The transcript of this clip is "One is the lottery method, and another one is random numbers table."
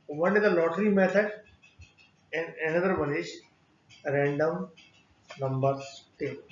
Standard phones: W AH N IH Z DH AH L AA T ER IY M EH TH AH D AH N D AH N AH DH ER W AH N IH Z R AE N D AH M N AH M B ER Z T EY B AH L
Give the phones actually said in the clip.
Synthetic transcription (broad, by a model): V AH N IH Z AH L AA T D IY M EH T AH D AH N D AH N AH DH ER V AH N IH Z R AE N D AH M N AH M B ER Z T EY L